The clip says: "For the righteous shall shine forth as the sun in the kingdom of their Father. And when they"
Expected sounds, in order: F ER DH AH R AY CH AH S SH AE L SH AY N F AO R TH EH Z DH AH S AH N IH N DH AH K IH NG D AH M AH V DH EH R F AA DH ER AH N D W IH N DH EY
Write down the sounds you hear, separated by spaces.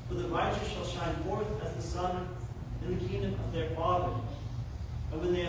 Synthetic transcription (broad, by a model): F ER DH AH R AY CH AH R SH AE L SH AY N F AO R TH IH Z DH AH S AH N IH N DH AH K IH NG D AH M AH V DH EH R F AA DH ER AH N W IH N DH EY